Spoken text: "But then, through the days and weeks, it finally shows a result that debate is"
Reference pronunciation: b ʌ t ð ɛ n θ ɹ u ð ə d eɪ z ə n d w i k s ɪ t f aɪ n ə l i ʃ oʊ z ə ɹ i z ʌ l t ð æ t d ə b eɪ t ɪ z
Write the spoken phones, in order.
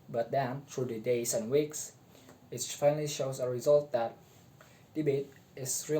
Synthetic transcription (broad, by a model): b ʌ t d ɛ n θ ɹ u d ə d eɪ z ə n w i k s ɪ t f aɪ n ə l i ʃ oʊ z ə ɹ i z ʌ l t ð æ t d ə b eɪ t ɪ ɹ